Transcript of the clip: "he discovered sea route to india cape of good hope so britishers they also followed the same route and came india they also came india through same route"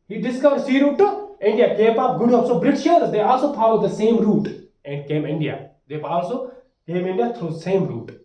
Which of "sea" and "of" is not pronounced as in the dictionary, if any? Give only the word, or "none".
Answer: of